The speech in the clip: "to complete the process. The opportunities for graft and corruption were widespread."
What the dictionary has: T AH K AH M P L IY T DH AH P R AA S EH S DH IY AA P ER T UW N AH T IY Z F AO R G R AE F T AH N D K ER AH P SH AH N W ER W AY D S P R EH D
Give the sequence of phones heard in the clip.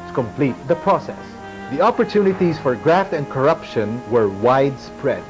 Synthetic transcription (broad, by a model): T K AH M P L IY T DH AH P R AA S EH S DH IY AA P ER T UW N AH T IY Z F AO R G R AE F T AH N D K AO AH P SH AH N W ER W AY D S P R EH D